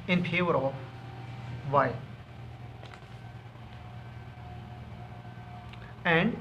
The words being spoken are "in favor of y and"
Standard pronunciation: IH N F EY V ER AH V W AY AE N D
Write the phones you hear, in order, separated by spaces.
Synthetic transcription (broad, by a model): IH N P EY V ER AH V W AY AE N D